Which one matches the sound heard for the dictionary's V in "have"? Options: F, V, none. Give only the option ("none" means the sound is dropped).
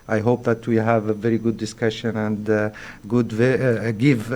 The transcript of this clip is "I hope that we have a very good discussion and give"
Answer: V